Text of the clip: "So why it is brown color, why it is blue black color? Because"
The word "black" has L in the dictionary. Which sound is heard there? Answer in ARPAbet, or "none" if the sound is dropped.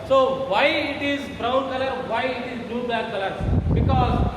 none